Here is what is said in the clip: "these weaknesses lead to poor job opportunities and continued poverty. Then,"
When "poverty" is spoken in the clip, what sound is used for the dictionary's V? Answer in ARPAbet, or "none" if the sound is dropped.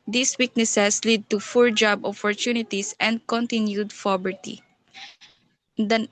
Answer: B